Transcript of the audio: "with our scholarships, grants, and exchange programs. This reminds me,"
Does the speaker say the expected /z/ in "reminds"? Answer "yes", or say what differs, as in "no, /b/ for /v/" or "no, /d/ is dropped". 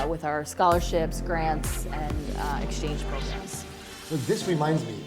yes